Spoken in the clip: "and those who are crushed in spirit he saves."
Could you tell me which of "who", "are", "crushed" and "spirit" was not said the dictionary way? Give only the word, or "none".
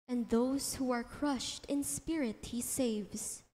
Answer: none